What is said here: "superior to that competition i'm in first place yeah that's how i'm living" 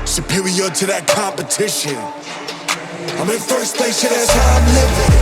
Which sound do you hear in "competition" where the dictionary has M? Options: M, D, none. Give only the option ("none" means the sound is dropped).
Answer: M